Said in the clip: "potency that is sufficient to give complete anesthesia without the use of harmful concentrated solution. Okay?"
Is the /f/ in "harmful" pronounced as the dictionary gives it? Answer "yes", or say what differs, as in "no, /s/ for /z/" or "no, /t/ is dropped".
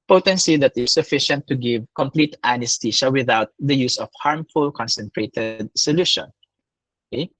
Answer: yes